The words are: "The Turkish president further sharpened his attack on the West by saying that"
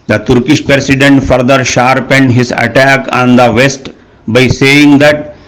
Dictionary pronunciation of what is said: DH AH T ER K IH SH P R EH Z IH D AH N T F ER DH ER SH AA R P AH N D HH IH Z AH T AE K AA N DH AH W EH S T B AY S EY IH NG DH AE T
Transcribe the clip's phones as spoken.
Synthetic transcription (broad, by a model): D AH T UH K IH SH P R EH S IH D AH N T F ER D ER SH AA R P AH N D HH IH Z AH T AE K AA N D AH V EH S T B AY S EY IH NG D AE T